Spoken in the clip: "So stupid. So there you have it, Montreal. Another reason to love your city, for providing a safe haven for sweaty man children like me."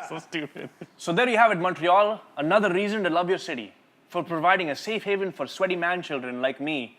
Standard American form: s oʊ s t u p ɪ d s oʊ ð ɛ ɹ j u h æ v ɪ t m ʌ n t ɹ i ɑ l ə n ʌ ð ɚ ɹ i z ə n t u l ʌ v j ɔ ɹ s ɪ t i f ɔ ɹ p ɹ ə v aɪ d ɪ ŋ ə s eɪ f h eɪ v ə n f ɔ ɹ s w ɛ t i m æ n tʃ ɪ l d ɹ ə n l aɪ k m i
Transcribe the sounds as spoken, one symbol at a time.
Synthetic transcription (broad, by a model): s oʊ s t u p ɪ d s oʊ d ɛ ɹ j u h æ v ɪ t m ʌ n t ɹ i ɑ l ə n ʌ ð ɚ ɹ i z ə n t u l ʌ v j ɔ ɹ s ɪ t i f ɔ ɹ p ɹ ə v aɪ d ɪ ŋ ə s eɪ f h eɪ v ə n f ɔ ɹ s w ɛ t i m æ n tʃ ɪ l d ɹ ə n l aɪ k m i